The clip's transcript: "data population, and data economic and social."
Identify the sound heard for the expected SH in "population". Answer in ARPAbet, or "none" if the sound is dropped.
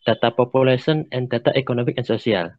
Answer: S